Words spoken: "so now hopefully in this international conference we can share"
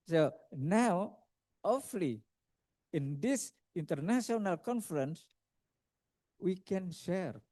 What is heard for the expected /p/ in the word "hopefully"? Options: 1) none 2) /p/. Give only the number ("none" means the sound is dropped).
1